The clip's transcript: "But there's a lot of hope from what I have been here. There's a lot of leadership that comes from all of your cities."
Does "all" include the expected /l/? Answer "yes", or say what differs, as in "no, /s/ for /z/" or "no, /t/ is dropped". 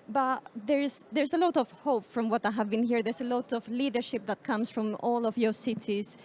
yes